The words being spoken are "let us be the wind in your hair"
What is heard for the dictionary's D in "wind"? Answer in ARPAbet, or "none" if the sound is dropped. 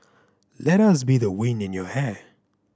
none